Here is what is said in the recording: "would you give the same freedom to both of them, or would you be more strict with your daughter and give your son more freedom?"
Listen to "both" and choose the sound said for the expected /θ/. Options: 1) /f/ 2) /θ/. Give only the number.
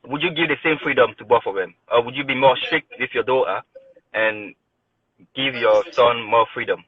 1